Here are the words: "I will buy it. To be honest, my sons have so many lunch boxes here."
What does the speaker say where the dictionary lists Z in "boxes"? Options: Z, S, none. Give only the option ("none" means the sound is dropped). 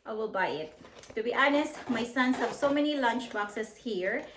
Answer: S